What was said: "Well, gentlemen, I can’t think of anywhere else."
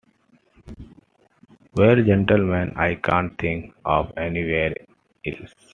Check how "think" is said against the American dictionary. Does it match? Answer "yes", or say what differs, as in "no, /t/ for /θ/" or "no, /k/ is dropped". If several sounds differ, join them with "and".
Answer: no, /t/ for /θ/